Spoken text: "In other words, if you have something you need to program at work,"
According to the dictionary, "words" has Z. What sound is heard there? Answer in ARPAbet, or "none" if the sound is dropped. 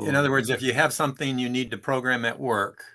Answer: Z